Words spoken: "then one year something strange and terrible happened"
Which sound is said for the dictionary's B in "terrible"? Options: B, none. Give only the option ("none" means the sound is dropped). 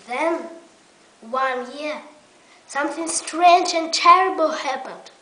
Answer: B